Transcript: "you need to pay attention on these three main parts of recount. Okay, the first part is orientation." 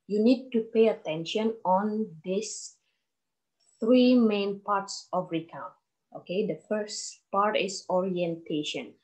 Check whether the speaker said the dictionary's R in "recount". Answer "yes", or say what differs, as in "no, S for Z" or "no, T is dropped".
yes